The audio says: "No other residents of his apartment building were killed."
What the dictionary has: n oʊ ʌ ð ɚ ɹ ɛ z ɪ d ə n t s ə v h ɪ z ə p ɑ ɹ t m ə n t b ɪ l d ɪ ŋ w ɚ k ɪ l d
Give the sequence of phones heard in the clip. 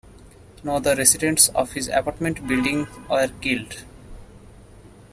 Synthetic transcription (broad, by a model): n oʊ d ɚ ɹ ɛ s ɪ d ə n t s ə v h ɪ z ə p ɑ ɹ t m ə n t b ɪ l d ɪ ŋ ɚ k ɪ l d